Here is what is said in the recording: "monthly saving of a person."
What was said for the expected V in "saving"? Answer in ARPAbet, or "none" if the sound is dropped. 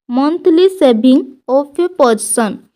B